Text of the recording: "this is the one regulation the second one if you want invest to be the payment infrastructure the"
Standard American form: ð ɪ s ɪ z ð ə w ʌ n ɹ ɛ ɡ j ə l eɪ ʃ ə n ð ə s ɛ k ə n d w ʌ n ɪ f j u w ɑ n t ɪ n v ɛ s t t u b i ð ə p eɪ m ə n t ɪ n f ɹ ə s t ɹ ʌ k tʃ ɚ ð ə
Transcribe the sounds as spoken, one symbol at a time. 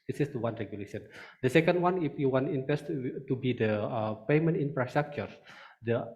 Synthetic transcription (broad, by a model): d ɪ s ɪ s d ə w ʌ n ɹ ɛ ɡ j ə l eɪ ʃ ə n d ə s ɛ k ə n d w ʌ n ɪ f j u w ɑ n t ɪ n p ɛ s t t u b i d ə p eɪ m ə n t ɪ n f ɹ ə s t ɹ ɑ k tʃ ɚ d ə